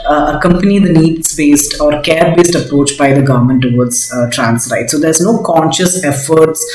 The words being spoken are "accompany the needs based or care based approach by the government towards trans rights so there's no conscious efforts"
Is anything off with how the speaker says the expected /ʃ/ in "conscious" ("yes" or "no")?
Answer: no